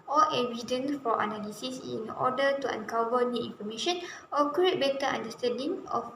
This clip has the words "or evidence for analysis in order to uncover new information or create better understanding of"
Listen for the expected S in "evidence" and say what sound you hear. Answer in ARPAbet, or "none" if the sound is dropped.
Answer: none